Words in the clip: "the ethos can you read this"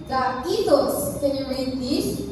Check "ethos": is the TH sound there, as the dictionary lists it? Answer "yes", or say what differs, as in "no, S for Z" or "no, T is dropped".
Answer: no, T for TH